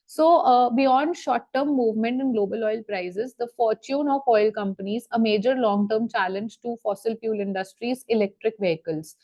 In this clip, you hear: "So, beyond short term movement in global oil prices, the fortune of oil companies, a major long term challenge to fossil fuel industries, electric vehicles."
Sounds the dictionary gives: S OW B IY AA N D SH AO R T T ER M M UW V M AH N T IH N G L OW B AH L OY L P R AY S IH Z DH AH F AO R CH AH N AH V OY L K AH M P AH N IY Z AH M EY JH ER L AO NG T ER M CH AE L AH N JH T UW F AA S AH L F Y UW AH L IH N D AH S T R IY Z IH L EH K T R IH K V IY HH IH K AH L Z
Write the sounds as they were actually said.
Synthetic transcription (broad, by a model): S OW B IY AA N D SH AO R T T ER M M UW V M AH N T IH N G L OW B AH L OY L P R AY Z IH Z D AH F AO R CH AH N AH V OY L K AH M P AH N IY Z AH M EY JH ER L AO NG T ER M CH AE L AH N JH T UW F AA S AH L P Y UW L IH N D AH S T R IY Z IH L EH K T R IH K V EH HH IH K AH L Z